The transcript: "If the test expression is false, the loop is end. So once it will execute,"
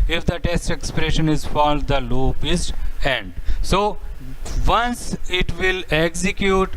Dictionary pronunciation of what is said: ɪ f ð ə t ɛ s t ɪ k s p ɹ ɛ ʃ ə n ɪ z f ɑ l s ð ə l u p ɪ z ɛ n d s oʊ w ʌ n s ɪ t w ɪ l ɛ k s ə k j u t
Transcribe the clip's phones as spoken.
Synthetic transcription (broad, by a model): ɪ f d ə t ɛ s t ɪ k s p ɹ ɛ ʃ ə n ɪ z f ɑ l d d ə l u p ɪ z ɛ n d s oʊ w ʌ n s ɪ t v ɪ l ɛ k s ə k j u t